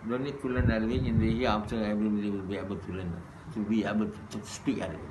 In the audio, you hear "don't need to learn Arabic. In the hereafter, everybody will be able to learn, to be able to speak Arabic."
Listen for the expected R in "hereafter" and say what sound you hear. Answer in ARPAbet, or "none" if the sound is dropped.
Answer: none